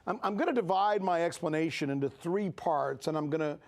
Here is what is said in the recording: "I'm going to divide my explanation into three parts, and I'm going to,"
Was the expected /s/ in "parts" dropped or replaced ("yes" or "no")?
no